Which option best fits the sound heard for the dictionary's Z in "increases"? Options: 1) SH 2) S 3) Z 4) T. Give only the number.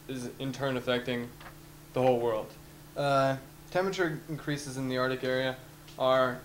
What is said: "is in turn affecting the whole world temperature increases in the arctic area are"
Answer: 3